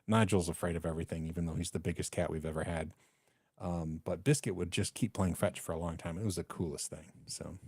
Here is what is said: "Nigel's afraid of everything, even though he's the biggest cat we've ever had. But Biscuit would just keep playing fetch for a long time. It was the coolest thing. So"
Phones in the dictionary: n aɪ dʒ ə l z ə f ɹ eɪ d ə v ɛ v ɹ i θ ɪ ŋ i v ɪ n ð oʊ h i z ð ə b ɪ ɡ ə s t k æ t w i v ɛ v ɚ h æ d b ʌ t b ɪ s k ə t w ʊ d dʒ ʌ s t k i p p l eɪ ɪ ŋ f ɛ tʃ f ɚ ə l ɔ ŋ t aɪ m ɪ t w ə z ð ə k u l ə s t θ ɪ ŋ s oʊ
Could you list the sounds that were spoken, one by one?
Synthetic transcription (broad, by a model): n aɪ dʒ l z ə f ɹ eɪ d ə v ɛ v ɹ i θ ɪ ŋ i v ɪ n ð oʊ h i z ð ə b ɪ ɡ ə s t k æ t w i v ɛ v ɚ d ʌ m b ʌ t b ɪ s k ə t w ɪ d dʒ ʌ s k i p p l eɪ ɪ ŋ f ɛ tʃ f ɚ ə l ɔ ŋ t aɪ m ɪ t w ə z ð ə k u l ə s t θ ɪ ŋ s oʊ